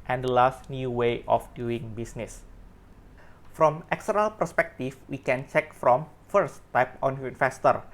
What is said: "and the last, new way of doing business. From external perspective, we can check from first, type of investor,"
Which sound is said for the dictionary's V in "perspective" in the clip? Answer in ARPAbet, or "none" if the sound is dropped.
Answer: F